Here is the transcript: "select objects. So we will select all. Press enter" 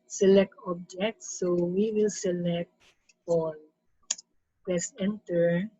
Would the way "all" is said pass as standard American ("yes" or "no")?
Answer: no